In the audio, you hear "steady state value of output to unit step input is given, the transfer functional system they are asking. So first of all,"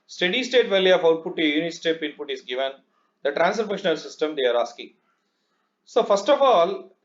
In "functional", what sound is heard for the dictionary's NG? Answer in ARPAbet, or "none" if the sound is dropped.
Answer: none